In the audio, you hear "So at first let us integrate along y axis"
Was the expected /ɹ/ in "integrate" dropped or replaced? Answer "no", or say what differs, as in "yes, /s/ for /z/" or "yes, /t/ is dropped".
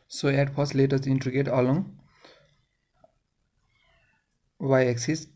yes, /ɹ/ is dropped